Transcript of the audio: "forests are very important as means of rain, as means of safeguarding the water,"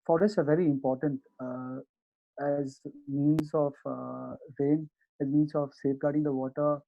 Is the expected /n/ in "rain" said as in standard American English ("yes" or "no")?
yes